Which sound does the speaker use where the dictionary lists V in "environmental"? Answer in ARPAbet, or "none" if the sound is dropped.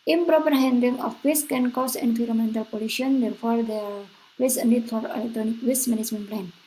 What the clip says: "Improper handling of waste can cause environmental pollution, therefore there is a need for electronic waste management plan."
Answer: F